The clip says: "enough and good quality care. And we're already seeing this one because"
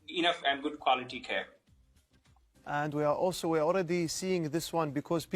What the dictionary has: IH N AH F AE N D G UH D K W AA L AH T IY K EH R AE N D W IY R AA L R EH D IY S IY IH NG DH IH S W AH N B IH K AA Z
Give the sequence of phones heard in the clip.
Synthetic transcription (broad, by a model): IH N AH F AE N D G UH D K W AA L AH T IY K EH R AE N D W IY W AA L R EH D IY S IY IH NG DH IH S W AH N B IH K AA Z